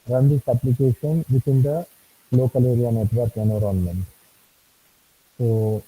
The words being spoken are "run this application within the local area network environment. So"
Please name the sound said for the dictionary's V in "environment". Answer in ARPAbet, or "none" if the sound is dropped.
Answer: none